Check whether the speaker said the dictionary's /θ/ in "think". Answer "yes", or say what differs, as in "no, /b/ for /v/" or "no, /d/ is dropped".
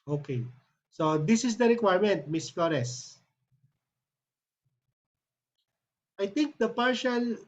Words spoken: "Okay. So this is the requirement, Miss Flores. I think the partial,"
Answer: no, /t/ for /θ/